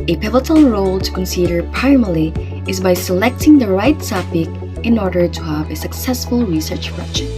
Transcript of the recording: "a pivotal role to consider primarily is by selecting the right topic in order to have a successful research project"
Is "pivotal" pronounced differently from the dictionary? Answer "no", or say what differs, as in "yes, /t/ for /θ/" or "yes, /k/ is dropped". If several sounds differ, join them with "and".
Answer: yes, /n/ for /l/